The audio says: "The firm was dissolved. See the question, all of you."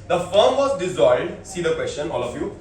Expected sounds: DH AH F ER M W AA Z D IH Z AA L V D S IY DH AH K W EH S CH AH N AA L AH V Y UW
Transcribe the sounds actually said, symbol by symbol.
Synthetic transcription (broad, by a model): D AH F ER M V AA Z D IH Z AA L D S IY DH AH K W EH S CH AH N AA L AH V Y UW